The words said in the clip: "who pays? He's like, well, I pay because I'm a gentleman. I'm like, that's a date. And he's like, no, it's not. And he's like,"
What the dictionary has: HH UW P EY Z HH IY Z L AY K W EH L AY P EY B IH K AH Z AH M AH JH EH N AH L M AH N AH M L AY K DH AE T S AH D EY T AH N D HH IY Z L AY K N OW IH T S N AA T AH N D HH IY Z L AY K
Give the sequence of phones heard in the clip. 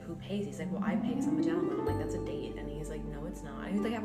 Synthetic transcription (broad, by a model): HH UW P EY Z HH IY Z L AY K W EH L AY P EY IH AH S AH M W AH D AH AH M L AY K DH AE T S AH D EY T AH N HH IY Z L AY K N OW IH T S N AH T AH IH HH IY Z L AY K